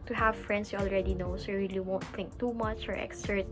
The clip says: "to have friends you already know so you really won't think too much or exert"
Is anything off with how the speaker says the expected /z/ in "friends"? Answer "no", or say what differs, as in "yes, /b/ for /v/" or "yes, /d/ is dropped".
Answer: yes, /s/ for /z/